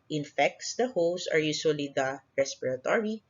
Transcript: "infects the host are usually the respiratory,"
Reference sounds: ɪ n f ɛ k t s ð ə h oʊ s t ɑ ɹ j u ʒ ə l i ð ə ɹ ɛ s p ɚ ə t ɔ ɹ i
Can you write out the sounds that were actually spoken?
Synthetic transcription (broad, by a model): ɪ n f ɛ k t s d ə h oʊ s ɑ ɹ j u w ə l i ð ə ɹ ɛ s p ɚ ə t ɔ ɹ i